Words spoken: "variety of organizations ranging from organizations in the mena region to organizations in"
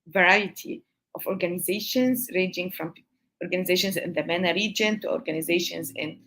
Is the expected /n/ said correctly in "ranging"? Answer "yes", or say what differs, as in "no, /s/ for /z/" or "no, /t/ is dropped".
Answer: no, /n/ is dropped